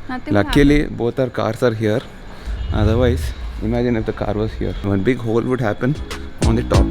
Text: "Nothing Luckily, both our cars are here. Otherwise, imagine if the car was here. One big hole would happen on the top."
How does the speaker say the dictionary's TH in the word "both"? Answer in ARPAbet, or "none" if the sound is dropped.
T